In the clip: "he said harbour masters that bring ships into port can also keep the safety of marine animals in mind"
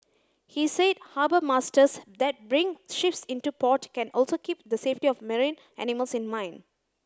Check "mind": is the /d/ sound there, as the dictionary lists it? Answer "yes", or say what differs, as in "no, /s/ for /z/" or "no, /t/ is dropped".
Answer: no, /d/ is dropped